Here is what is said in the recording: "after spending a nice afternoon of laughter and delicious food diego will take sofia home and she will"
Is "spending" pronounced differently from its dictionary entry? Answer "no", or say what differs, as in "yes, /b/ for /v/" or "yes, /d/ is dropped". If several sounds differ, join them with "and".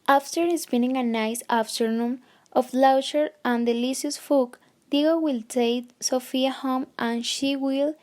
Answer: yes, /b/ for /p/